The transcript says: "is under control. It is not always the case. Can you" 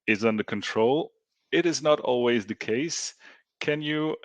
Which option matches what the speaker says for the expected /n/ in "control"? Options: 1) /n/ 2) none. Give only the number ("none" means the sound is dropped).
1